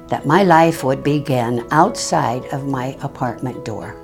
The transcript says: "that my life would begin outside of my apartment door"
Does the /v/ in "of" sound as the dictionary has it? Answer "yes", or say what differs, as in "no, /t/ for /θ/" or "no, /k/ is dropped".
yes